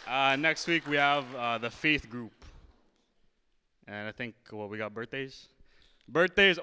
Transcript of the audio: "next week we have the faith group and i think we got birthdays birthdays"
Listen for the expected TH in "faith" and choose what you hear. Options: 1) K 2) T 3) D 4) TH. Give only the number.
4